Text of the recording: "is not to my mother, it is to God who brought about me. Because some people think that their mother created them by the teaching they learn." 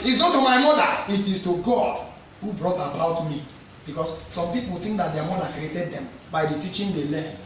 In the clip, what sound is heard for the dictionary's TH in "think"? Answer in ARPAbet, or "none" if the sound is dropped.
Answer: T